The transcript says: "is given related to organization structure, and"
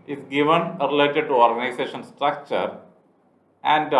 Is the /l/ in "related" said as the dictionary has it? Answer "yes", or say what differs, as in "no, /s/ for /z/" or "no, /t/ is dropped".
yes